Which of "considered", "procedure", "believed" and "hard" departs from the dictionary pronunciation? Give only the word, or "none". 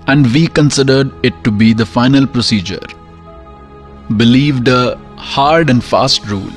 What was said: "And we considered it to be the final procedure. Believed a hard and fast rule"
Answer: none